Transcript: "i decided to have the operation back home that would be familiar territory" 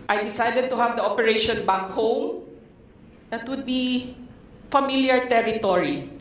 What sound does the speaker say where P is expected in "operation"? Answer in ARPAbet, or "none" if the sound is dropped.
P